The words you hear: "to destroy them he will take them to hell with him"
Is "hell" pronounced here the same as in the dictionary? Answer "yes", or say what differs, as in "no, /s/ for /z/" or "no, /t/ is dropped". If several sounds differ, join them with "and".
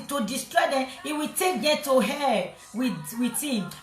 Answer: no, /w/ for /l/